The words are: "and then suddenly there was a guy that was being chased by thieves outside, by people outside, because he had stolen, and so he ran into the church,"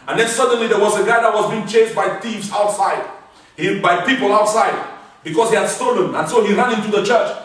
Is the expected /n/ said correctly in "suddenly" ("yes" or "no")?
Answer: yes